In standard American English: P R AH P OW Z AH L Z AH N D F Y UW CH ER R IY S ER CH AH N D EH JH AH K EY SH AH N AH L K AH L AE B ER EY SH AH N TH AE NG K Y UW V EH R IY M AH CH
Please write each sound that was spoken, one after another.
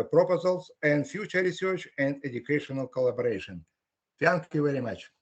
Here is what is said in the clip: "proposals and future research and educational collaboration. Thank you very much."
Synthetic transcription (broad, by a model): P R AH P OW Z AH L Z AH N D F Y UW CH ER R IY S ER CH AH N D EH JH AH K EY SH AH N AH L K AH L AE B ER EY SH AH N F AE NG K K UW V EH R IY M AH CH